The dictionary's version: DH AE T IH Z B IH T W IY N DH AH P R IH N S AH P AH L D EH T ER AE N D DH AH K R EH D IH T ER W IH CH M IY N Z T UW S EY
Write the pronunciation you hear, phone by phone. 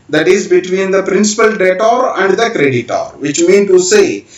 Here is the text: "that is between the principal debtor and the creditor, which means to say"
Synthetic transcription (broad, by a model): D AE T IH Z B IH T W IY N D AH P R IH N S AH P AH L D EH T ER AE N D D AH K R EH D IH T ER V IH CH M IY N T UW S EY